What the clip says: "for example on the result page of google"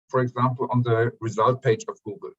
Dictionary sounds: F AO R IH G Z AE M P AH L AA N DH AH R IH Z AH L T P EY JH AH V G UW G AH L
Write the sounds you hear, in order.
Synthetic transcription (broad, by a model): F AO R IH G Z AE M P AH L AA N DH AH R IH Z AH L T P EY JH AH V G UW G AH L